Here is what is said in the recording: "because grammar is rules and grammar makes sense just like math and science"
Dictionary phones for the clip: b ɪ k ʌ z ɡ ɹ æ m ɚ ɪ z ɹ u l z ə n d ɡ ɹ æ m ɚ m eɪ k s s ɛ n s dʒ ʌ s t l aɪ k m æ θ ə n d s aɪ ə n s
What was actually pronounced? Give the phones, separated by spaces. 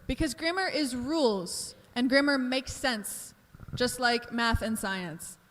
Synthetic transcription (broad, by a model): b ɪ k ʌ z ɡ ɹ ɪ m ɚ ɪ z ɹ u l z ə n ɡ ɹ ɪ m ɚ m eɪ k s s ɛ n s dʒ ʌ s t l aɪ k m æ θ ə n s aɪ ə n s